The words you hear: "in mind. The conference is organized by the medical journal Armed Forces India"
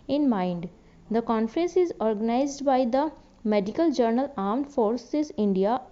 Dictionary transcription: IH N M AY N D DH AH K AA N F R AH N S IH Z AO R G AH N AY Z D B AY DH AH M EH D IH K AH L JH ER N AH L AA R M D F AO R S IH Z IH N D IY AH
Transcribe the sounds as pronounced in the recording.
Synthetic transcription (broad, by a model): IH N M AY N D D AH K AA N F R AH N S IH Z AO R G AH N AY Z D B AY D AH M EH D IH K AH L JH ER N AH L AA R M D F AO R S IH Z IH N D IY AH